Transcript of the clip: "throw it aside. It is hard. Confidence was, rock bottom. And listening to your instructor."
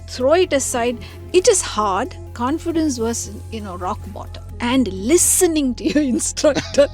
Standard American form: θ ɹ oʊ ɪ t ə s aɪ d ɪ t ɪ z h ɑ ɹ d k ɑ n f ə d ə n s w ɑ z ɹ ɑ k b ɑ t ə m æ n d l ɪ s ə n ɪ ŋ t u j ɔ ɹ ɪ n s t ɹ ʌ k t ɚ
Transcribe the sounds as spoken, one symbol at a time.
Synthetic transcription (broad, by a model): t ɹ oʊ ɪ t ə s aɪ d ɪ t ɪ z h ɑ ɹ d k ɑ n f ə d ə n s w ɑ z ɹ ɑ k b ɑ t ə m æ n d l ɪ s ə n ɪ ŋ t u j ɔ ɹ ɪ n s t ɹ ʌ k t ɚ